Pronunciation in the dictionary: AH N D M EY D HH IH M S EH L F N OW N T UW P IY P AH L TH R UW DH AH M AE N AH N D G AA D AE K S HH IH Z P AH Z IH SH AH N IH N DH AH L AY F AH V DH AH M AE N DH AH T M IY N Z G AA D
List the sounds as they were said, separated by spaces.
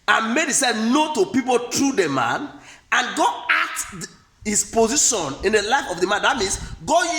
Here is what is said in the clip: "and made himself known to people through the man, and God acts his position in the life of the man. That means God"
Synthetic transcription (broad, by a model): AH N M EY D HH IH S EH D N OW T UW P IY P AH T R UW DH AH M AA N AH N G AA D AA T HH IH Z P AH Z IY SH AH N IH N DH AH L AY F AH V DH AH M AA N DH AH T M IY N S G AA